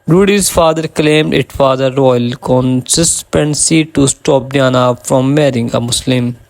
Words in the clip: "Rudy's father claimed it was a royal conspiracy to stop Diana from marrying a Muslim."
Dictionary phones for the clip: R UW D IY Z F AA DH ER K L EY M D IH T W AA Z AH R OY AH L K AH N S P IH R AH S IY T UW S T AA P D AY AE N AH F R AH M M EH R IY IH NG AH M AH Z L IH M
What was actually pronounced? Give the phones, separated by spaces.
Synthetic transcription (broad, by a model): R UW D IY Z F AA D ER K L EY M D IH T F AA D AH R OY AH L K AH N S IH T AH S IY T UW S T AA P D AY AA N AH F R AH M M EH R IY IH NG AH M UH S L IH M